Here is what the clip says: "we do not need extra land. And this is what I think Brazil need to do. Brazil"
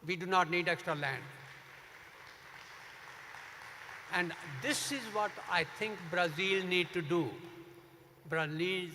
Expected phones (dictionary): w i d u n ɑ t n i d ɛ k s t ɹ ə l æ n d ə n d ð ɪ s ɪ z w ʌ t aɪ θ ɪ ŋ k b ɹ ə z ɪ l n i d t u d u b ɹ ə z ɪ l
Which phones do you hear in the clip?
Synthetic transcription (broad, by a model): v i d u n ɑ t n i d ɛ k s t ɹ ə l æ n d ə n d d ɪ s ɪ z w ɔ t aɪ t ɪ ŋ k b ɹ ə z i l n i d t u d u b ɹ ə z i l